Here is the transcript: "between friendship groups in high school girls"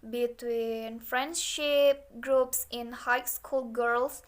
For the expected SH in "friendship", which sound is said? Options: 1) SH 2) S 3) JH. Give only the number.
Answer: 1